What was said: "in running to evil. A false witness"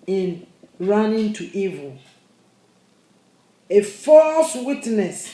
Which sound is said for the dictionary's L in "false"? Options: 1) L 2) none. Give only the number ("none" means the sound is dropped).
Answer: 1